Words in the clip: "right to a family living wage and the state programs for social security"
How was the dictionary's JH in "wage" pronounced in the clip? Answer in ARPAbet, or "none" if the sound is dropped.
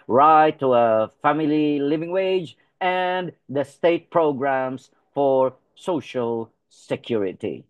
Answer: JH